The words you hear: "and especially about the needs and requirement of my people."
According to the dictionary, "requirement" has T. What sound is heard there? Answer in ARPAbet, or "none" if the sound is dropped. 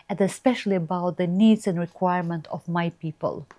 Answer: T